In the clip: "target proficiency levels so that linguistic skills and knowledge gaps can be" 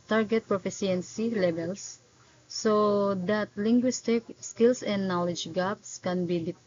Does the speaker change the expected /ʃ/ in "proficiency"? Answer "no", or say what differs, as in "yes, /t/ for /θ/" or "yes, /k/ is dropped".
yes, /s/ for /ʃ/